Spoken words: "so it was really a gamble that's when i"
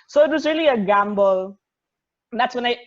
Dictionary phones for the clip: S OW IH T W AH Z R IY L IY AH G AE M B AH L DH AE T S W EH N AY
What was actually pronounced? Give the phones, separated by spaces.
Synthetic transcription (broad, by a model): S OW IH T W AH Z R IY L IY AH G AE M B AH L DH AE T S W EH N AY